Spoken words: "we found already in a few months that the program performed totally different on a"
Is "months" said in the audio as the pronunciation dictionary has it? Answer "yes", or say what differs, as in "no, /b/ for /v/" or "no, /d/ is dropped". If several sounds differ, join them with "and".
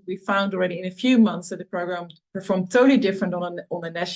yes